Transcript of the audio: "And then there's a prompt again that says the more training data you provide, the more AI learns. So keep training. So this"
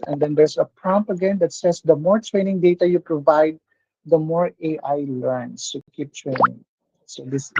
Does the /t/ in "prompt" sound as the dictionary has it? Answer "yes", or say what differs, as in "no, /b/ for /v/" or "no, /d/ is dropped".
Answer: no, /t/ is dropped